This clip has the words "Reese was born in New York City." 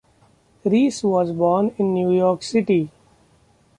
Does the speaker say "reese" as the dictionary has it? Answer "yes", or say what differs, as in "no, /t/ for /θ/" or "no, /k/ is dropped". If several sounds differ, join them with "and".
yes